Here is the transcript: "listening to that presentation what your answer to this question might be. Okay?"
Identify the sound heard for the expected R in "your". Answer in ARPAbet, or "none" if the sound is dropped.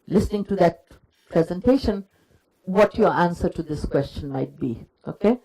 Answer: R